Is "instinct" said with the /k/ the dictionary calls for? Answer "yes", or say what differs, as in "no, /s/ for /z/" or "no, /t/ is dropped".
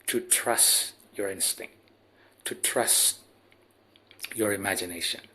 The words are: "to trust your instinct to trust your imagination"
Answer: yes